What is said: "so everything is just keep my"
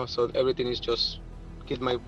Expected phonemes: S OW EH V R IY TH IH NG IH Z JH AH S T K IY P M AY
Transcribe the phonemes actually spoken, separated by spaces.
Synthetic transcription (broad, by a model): S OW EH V R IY T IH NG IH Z JH AH S T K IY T M AY